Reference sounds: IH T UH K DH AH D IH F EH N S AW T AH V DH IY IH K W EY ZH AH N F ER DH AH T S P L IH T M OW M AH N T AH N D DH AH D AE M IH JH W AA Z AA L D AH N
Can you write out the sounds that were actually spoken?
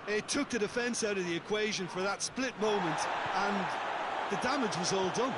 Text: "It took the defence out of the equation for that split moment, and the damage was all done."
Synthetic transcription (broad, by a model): IH T UH K DH AH D IH F EH N S AW T AH V DH IY IH K W EY ZH AH N F ER DH AH T S P L IH T M OW M AH N T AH N DH AH D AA M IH JH W AA Z AA L D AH N